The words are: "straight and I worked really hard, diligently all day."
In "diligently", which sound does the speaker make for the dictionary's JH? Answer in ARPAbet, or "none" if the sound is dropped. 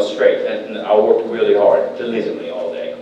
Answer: Z